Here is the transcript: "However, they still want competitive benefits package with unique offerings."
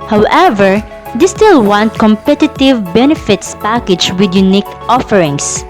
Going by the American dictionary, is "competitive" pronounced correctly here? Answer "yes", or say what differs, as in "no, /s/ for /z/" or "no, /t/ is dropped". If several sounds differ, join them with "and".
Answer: yes